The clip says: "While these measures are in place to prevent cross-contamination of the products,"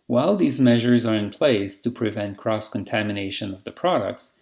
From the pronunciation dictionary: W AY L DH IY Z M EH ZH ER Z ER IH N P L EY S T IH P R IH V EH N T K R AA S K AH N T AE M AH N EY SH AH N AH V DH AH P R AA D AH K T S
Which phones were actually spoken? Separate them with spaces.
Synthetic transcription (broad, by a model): W AY L DH IY Z M EH ZH ER Z ER IH N P L EY S T IH P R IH V EH N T K R AA S K AH N T AE M AH N EY SH AH N AH V DH AH P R AA D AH K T S